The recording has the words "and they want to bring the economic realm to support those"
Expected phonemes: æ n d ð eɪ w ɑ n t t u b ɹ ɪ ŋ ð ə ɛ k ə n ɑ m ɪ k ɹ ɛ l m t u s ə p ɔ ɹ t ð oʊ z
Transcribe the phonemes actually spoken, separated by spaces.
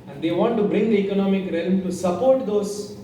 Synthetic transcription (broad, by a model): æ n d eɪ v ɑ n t t u b ɹ ɪ ŋ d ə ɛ k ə n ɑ m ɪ k ɹ ɛ l m t u s ə p ɔ ɹ t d oʊ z